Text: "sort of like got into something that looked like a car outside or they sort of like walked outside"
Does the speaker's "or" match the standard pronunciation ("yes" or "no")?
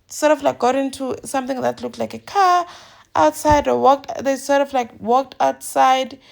no